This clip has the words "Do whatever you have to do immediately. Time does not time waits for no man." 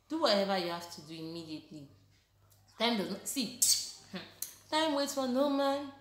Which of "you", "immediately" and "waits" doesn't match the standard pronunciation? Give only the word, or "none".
waits